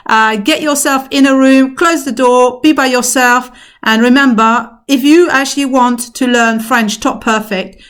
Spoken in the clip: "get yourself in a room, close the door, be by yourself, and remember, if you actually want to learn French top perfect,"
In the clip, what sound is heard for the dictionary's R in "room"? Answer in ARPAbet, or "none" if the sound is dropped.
R